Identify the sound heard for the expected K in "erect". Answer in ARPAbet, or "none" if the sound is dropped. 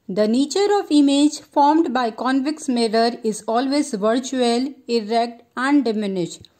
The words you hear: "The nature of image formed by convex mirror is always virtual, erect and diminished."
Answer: K